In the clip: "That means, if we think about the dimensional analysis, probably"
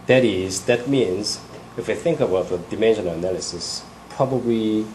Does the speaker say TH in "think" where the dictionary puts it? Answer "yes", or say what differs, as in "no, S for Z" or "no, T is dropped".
yes